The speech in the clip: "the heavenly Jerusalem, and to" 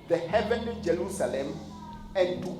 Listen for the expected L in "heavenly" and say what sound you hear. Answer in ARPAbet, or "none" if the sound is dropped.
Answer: none